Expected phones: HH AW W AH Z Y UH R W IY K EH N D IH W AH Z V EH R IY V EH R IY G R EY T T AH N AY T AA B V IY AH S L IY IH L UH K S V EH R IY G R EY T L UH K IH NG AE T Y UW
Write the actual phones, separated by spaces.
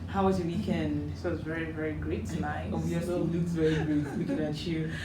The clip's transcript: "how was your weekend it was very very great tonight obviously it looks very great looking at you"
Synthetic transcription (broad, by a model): HH AW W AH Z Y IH W IY K EH N D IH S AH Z V EH R IY V EH R IY G R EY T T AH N AY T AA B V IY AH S IY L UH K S V EH R IY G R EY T W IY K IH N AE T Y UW